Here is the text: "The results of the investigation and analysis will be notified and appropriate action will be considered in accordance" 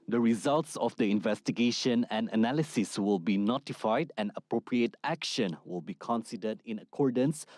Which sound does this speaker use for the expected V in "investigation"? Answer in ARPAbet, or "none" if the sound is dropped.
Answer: V